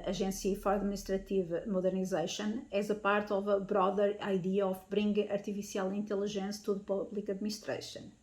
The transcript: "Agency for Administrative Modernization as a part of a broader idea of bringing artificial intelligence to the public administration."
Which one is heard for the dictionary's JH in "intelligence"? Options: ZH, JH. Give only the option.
ZH